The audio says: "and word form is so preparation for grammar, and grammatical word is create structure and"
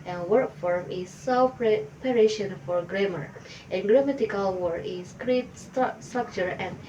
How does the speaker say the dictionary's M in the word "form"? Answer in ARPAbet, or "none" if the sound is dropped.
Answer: M